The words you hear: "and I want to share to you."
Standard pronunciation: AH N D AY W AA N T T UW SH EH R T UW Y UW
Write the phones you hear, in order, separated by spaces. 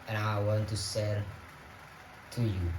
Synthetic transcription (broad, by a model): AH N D AY W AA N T T UW S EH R T UW Y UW